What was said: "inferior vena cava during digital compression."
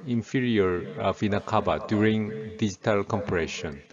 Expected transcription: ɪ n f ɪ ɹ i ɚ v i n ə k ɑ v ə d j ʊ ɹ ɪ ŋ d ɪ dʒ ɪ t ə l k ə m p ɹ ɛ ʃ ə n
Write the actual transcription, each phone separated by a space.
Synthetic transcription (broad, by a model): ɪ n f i ɹ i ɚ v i n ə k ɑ b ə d j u ɹ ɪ ŋ d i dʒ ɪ t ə l k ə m p ɹ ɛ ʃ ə n